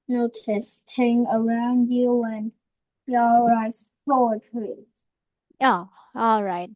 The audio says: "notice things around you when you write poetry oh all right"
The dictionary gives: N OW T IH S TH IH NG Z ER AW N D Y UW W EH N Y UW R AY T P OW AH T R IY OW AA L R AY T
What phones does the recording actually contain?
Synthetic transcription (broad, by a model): N OW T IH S T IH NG ER AW N D Y UW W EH N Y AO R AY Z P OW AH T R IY OW AA L R AY T